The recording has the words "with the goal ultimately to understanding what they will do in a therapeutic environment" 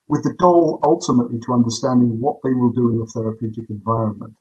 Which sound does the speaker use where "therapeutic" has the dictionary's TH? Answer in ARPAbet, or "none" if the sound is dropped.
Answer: TH